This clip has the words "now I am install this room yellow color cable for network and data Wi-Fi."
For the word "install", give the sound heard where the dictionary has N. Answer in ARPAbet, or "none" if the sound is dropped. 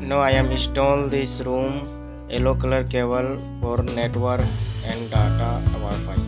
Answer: none